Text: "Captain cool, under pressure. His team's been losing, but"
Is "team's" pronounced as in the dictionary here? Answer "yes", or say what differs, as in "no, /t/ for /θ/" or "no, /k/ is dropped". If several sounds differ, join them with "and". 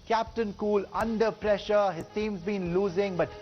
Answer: no, /s/ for /t/